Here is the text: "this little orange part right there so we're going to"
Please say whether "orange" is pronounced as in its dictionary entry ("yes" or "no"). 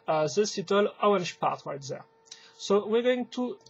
no